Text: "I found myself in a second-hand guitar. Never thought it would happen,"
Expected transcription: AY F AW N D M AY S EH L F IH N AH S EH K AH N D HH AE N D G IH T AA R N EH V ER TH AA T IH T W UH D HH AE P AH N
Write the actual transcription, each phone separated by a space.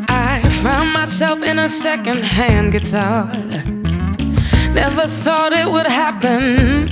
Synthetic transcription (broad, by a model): AY F AW N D M AY S EH L F IH N AH S EH K AH N D HH AE N G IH T AA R N EH V ER TH AA T IH T W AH D HH AE P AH N